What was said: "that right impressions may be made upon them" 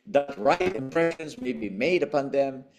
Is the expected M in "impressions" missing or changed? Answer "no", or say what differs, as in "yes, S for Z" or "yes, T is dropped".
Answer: no